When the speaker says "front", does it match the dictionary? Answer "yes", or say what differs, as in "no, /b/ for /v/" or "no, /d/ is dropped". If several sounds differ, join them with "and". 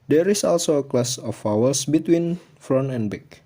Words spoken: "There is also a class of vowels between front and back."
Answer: no, /t/ is dropped